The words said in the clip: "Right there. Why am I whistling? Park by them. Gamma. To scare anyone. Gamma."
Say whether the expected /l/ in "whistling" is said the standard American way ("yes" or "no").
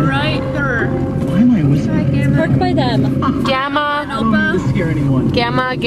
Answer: no